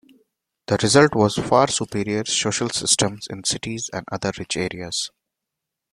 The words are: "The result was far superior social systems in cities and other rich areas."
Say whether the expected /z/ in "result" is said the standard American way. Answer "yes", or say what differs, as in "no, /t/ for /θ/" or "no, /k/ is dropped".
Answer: yes